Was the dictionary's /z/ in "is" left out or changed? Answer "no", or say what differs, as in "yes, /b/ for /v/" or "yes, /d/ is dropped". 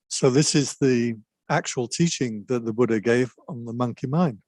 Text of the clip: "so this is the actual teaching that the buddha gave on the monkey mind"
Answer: no